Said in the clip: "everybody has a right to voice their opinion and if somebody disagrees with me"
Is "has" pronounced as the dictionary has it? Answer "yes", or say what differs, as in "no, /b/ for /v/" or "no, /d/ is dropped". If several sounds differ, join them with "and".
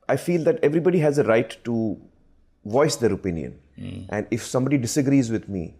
yes